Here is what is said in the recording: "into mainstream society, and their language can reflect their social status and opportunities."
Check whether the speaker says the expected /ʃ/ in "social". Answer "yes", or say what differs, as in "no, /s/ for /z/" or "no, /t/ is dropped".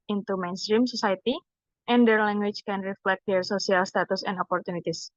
no, /s/ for /ʃ/